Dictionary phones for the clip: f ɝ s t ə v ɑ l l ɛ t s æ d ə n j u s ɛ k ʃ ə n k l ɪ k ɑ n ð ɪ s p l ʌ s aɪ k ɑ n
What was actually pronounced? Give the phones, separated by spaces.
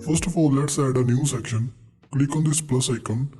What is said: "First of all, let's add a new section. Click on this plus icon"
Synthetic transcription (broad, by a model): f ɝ s t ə f ɑ l l ɛ t s æ d ə n j u s ɛ k ʃ ə n k l ɪ k ɑ n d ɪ s p l ʌ s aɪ k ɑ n